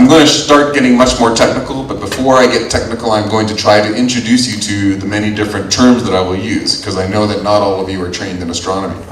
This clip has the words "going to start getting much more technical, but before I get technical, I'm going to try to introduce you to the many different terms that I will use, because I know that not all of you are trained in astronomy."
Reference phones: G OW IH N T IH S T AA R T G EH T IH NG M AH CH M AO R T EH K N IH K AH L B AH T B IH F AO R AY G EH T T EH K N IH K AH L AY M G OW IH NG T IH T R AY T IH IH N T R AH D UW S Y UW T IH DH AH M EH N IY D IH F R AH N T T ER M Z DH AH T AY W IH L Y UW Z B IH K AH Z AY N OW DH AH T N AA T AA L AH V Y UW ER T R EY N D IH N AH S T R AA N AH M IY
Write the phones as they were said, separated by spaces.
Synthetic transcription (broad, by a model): G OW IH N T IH S T AA R T G EH T IH NG M AH CH M AO R T EH K N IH K L B AH T B IH F AO R AY G EH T T EH K N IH K L AY M G OW IH NG T IH T R AY T IH IH N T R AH D UW S Y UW T IH DH AH M EH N IY D IH F R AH N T T ER M Z DH AH T AY W IH L Y UW Z K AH Z AY N OW DH AH T N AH T AA L AH V Y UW ER T R EY N D IH N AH S T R AA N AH M IY